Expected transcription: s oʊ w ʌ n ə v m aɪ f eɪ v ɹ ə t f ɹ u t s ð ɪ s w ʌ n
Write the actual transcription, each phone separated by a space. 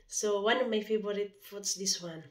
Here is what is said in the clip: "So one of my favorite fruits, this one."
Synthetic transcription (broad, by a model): s oʊ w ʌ n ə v m aɪ f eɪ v ɹ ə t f u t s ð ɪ s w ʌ n